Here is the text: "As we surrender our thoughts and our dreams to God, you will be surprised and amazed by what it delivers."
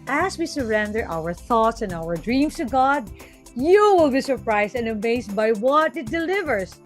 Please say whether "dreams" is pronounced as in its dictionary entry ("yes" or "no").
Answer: no